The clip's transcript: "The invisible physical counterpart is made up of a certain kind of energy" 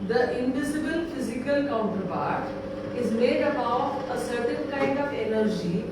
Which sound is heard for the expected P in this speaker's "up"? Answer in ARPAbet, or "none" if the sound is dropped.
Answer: B